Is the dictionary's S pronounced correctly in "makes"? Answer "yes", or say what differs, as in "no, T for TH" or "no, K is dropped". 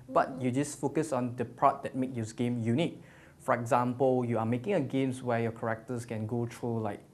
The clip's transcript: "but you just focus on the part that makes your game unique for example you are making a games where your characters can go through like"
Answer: no, S is dropped